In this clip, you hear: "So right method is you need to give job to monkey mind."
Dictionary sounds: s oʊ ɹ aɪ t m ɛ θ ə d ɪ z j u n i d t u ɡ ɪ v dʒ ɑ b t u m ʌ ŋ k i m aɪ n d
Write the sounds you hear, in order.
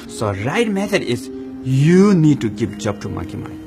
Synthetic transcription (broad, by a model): s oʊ ɹ aɪ t m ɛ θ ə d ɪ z j u n i d t u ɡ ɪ p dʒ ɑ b t u m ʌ k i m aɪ